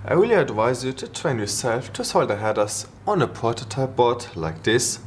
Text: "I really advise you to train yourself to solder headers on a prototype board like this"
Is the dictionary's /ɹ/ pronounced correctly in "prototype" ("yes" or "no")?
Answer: no